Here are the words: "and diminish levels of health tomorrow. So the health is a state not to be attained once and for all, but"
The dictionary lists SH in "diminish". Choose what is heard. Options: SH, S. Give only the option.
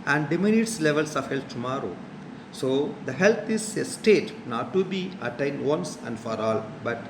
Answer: S